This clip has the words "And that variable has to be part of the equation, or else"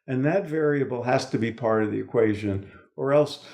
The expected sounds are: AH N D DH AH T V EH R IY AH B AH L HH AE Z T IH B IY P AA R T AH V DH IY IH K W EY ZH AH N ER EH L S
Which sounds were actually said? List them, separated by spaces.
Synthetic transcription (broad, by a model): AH N DH AH T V EH R IY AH B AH L HH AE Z T IH B IY P AA R T AH V DH IY IH K W EY ZH AH N ER EH L S